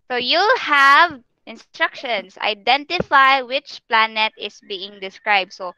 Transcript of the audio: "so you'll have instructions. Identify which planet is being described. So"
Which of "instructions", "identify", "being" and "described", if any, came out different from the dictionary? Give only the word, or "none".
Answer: instructions